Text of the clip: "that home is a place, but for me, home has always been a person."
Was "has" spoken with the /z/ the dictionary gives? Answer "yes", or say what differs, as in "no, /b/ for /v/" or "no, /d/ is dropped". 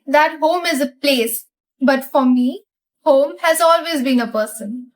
yes